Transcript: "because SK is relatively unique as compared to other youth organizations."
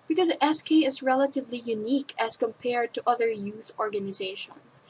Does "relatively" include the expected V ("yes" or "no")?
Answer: yes